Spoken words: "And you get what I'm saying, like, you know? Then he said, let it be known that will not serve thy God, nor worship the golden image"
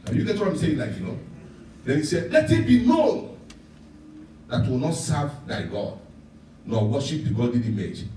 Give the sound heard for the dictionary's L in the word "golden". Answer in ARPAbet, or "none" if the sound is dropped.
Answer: none